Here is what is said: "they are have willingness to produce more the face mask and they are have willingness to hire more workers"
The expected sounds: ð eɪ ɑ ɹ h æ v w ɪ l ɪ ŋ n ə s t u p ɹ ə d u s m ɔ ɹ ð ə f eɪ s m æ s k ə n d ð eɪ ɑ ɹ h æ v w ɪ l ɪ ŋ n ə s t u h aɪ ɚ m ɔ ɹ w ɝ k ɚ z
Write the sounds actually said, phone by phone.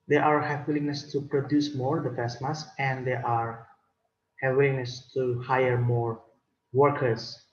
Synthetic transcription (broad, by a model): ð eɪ ɑ ɹ h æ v w ɪ l ɪ ŋ n ə s t u p ɹ ə d u s m ɔ ɹ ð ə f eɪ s m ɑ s ə n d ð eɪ ɑ ɹ h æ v w ɪ l ɪ ŋ n ə s t u h aɪ ɚ m ɔ ɹ w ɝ k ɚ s